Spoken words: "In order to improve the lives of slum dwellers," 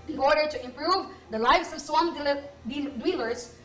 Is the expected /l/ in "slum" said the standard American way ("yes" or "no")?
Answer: no